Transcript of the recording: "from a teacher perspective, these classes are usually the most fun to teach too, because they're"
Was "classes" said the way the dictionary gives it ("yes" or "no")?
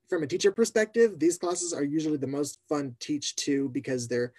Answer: yes